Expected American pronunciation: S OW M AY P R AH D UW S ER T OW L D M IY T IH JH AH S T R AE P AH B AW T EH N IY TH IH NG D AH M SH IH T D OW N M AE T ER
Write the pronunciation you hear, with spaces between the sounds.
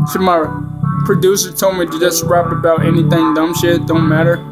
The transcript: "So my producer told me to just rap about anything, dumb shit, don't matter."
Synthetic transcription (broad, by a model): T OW M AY P R AH D UW S ER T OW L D M IY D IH JH AH S T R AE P AH B AW T EH N IY TH IH NG D AH M SH IH T D OW N M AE T ER